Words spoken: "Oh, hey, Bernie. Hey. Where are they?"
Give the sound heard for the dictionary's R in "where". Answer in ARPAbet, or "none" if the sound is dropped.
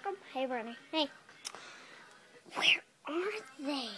R